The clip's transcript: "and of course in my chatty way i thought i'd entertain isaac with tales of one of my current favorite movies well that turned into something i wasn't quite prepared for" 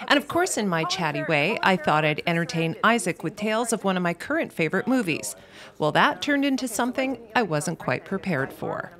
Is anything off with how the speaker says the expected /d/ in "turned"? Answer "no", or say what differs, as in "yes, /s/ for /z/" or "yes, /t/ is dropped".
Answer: no